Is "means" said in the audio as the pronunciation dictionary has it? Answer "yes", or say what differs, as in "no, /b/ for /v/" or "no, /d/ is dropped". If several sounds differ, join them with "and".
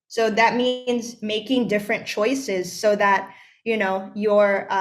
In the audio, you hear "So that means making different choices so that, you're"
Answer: yes